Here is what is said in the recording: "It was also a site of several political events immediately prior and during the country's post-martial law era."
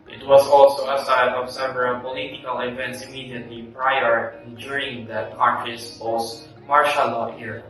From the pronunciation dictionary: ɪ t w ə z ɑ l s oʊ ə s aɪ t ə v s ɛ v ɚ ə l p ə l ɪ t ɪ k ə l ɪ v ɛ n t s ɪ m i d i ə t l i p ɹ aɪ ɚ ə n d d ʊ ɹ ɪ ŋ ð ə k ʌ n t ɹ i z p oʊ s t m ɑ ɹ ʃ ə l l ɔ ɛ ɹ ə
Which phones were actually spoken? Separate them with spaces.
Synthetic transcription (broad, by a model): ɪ t w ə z ɑ l s oʊ ə s aɪ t ə v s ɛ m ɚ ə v p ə l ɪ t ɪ k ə l ɪ v ɛ n t s ɪ m i d i ə t l i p ɹ aɪ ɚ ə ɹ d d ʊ ɹ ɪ ŋ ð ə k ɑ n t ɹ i s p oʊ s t m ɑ ɹ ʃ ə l l ɔ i ɹ